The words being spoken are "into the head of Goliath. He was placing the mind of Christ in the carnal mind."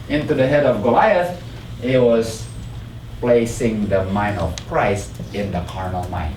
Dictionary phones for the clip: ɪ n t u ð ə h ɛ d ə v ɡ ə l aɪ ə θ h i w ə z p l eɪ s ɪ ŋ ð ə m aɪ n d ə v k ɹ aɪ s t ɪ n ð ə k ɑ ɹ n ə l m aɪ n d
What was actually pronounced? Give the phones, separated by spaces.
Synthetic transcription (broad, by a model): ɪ n t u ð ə h ɛ d ə v ɡ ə l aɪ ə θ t w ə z p l eɪ s ɪ ŋ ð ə m aɪ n ə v k ɹ aɪ s t ɪ n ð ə k ɑ ɹ n ə l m aɪ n